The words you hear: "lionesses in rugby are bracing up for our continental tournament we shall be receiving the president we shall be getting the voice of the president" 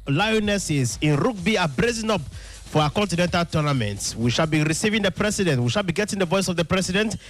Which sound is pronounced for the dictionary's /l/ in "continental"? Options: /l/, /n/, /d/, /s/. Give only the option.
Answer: /l/